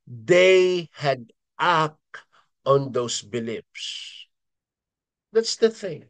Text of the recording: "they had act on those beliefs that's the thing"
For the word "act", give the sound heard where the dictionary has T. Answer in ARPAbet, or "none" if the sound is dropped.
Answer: none